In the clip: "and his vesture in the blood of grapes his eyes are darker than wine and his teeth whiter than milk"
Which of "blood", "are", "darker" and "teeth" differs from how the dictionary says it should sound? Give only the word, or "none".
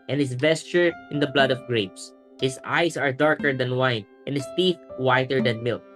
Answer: none